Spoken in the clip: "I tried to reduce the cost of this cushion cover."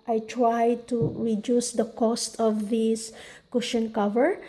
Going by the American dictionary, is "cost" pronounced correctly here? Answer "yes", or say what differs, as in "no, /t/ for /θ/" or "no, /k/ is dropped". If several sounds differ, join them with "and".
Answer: yes